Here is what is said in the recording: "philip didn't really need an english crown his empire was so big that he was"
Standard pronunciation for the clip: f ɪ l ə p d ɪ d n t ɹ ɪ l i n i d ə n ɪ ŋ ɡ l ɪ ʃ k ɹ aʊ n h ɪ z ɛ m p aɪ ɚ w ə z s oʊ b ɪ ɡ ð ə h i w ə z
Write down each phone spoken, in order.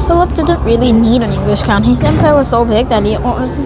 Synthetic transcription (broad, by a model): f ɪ l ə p d ɪ d n t ɹ ɪ l i n i d ə n ɪ ŋ ɡ l ɪ ʃ k aʊ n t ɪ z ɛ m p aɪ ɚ w ə z s oʊ b ɪ ɡ ð ə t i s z